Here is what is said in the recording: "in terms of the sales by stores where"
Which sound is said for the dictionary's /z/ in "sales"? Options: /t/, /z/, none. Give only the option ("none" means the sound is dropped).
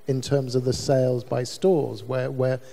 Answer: /z/